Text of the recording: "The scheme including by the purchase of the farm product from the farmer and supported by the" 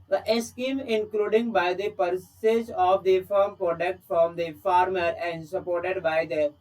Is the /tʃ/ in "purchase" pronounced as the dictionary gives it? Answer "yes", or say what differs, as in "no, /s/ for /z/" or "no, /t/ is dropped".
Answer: no, /s/ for /tʃ/